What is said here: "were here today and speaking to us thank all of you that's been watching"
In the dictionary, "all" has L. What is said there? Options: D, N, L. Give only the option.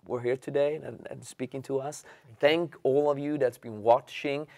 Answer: L